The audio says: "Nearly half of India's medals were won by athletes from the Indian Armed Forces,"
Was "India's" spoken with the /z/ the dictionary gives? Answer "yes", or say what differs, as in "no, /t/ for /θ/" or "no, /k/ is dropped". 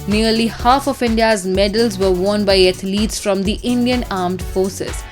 yes